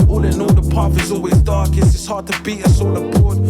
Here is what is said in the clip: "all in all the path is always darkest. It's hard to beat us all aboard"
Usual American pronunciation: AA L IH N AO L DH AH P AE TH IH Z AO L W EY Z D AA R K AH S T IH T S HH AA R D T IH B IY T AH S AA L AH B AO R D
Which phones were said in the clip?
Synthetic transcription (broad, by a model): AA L IH N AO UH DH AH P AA F IH Z AO L W EY Z D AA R K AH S IH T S HH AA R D T IH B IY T AH S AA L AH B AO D